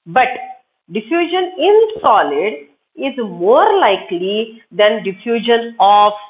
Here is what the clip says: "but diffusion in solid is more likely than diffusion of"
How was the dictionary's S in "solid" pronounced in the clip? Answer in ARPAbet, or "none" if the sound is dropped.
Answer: S